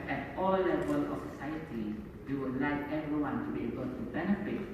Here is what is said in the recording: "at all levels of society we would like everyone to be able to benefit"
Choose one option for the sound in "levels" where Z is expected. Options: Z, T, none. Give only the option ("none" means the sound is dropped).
none